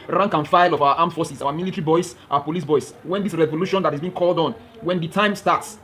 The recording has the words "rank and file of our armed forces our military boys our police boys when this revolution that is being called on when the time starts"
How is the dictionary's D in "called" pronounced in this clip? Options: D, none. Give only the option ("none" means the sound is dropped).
D